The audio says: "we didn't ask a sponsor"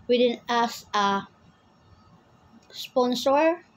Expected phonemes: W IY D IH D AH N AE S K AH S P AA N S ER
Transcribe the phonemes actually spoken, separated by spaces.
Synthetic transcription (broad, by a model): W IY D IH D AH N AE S AH S P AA N S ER